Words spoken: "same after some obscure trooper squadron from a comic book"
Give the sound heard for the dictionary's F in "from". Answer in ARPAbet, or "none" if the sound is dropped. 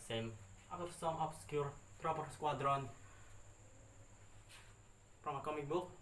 P